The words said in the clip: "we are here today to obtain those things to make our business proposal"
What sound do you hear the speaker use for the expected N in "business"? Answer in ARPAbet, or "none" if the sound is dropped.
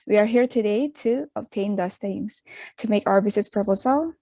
none